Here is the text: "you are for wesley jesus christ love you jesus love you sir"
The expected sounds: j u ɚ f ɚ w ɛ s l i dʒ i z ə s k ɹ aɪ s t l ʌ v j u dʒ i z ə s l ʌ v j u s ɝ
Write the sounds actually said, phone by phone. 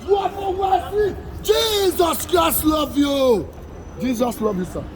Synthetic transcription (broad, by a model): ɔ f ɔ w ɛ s i dʒ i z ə s k ɹ aɪ s t l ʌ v j u dʒ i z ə s l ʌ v j u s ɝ